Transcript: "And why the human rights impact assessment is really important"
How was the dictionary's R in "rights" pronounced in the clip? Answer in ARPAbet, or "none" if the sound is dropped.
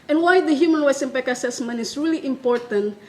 W